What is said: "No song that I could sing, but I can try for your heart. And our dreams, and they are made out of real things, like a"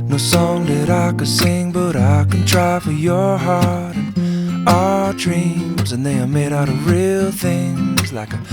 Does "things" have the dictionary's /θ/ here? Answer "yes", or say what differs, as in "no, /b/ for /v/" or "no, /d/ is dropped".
yes